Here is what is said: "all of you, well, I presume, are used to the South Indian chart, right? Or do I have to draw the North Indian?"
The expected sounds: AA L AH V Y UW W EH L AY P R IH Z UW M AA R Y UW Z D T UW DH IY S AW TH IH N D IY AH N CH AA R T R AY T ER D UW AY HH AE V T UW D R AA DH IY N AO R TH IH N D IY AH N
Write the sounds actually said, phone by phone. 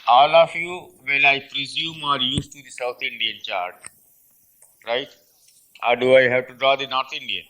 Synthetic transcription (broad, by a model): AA L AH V Y UW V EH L AY P R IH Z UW M AA R Y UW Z T UW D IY S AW T IH N D IY AH N CH AA R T R AY T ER D UW AY HH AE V T UW D R AA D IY N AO R T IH N D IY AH